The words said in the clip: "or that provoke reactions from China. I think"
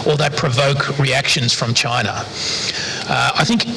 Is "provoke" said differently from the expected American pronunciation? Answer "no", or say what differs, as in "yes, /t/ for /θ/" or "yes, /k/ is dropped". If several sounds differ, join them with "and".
no